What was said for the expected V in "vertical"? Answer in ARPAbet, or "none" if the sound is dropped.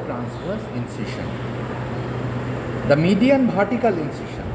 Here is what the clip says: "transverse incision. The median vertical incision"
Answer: B